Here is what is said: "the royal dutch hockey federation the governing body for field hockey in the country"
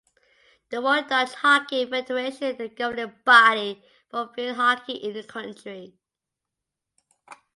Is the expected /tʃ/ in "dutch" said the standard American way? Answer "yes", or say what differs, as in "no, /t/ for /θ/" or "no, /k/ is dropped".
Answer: no, /s/ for /tʃ/